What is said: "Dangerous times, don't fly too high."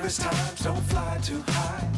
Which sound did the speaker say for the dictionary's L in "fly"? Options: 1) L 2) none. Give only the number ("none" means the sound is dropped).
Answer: 1